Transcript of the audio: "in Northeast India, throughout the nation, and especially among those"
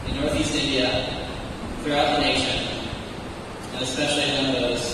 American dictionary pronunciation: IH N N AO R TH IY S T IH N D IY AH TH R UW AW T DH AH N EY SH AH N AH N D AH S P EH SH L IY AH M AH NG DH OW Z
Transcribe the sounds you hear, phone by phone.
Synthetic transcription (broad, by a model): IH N N AO R TH IY S T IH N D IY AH TH R UW AW T DH AH N EY SH AH N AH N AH S P EH SH L IY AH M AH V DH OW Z